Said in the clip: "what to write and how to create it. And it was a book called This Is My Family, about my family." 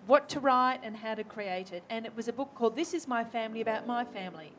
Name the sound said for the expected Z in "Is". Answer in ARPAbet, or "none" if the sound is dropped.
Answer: Z